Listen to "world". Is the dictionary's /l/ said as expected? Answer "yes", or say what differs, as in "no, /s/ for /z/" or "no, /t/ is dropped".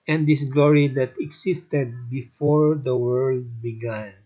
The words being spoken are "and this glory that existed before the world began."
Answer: yes